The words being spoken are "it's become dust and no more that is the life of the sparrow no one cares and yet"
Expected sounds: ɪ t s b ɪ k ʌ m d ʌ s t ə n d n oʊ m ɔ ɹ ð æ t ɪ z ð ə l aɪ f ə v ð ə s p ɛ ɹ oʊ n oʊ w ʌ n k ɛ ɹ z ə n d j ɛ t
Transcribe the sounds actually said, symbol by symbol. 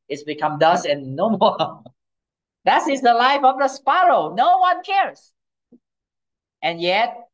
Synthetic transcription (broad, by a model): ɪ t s b ɪ k ʌ m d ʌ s ə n n oʊ m ɔ ɹ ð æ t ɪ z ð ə l aɪ f ə v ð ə s p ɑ ɹ oʊ n oʊ w ʌ n k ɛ ɹ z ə n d j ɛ t